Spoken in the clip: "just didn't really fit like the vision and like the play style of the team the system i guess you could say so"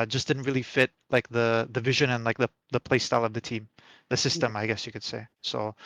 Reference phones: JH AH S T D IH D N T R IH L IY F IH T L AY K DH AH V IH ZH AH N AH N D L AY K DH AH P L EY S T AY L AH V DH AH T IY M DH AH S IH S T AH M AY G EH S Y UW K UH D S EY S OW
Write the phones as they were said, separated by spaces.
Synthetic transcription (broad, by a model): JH AH S D IH D N T R IH L IY F IH T L AY K DH AH V IH ZH AH N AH N L AY K DH AH P L EY S T AY L AH V DH AH T IY M DH AH S IH S T AH M AY G EH S Y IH K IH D S EY S OW